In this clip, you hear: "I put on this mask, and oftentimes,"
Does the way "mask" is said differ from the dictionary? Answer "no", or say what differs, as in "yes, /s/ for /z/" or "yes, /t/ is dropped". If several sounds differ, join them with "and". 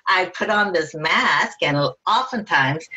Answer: no